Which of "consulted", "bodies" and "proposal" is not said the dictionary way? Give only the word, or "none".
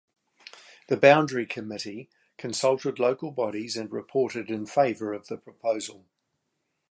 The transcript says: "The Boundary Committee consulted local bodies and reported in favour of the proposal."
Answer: none